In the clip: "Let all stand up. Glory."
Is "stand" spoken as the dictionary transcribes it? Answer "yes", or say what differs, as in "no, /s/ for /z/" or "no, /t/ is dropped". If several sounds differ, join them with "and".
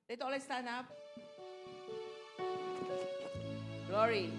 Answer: no, /d/ is dropped